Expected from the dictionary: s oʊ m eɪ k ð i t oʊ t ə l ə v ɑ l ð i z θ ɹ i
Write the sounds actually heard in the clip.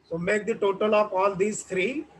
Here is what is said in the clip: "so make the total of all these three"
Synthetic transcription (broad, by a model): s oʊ m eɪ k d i t oʊ t ə l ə p ɑ l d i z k ɹ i